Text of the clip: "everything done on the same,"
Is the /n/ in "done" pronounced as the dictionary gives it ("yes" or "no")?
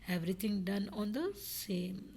yes